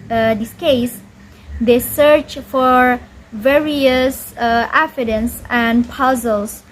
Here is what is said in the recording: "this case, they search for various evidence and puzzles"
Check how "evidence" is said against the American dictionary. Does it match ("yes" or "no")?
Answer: no